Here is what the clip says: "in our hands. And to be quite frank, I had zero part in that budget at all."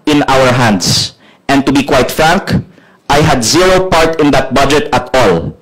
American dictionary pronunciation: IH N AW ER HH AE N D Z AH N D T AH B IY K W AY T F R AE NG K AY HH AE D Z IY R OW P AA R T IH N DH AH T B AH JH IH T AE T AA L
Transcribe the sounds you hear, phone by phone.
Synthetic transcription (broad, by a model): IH N AW ER HH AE N D S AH N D T AH B IY K W AY T F R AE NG K AY HH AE D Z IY R OW P AA R T IH N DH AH T B AH JH IH T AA T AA L